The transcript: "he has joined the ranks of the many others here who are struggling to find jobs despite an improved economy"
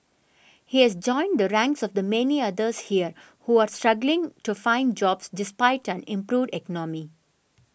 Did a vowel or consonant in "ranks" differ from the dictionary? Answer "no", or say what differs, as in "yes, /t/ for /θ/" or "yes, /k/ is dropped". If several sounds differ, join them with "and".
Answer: no